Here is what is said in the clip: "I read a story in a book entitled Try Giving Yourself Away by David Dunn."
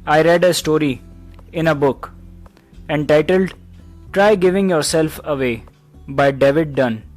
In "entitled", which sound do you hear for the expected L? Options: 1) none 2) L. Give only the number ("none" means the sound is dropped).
2